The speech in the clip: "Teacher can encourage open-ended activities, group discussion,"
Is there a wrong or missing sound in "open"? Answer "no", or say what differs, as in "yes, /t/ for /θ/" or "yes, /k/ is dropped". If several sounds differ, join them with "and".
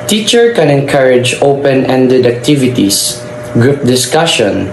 no